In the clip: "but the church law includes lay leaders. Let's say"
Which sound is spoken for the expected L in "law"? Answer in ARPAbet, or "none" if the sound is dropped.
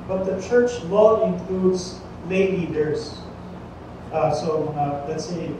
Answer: W